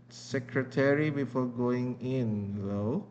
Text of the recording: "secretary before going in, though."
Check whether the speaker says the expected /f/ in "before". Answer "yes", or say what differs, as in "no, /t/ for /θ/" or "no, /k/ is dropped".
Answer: yes